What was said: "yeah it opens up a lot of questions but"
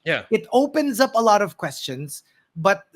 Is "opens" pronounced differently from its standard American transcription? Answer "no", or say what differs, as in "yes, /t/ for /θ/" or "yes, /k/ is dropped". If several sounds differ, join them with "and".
no